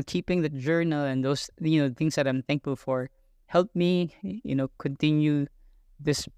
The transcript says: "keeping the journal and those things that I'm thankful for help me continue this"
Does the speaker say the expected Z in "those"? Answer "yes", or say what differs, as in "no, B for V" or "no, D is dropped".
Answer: no, Z is dropped